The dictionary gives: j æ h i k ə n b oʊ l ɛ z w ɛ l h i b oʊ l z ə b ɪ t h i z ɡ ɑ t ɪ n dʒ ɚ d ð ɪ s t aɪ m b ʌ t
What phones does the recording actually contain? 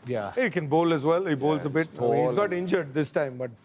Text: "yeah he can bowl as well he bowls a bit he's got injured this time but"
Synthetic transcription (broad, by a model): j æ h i k ə n b oʊ l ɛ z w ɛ l h i b oʊ l z ə b ɪ t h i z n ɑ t ɪ n dʒ ɚ d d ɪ s t aɪ m b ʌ t